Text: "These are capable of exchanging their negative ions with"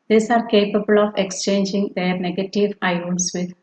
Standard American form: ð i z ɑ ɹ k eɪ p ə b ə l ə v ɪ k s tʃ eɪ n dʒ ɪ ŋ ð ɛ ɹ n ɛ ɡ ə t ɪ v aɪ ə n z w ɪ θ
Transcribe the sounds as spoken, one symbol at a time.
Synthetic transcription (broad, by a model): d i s ɑ ɹ k eɪ p ə b ə l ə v ɪ k s tʃ eɪ n dʒ ɪ ŋ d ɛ ɹ n ɛ ɡ ə t ɪ v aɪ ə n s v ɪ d